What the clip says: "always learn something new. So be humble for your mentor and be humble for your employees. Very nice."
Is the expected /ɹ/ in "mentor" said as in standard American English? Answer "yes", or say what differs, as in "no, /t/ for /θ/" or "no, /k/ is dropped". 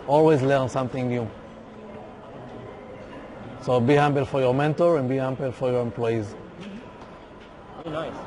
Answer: yes